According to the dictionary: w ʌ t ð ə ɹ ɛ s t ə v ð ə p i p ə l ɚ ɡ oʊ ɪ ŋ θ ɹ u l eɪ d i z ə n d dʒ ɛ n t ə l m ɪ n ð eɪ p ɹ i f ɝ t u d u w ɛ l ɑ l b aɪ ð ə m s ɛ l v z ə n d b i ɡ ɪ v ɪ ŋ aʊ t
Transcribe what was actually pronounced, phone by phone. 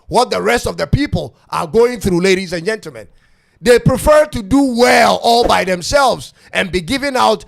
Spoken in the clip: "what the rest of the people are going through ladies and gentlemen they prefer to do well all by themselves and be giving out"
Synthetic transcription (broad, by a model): w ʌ t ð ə ɹ ɛ s t ə v ð ə p i p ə l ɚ ɡ oʊ ɪ ŋ θ ɹ u l eɪ d i z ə n dʒ ɛ n t l m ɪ n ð eɪ p ɹ i f ɝ t u d u w ɛ l ɑ l b aɪ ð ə m s ɛ l v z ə n b i ɡ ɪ v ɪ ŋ aʊ t